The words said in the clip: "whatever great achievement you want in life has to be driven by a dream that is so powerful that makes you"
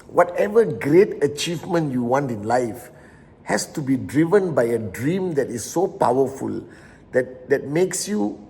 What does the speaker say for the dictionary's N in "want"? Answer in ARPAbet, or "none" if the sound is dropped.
N